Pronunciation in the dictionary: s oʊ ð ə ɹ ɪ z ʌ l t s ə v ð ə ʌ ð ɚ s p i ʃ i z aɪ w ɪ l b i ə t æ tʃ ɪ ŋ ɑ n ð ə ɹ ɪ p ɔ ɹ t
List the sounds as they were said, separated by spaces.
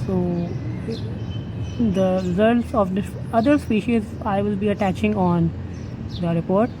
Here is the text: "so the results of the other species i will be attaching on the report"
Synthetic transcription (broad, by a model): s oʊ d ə ɹ ɪ z ʌ l t s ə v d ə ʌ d ɚ s p i ʃ i z aɪ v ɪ l b i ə t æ tʃ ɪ ŋ ɑ n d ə ɹ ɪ p ɔ ɹ t